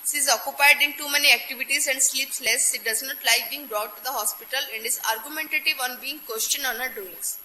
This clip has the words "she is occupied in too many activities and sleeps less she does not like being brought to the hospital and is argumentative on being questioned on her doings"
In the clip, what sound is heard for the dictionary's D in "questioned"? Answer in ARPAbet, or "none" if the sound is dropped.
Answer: none